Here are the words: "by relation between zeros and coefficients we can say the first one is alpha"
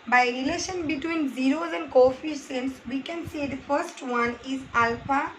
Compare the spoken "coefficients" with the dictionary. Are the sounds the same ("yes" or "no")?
no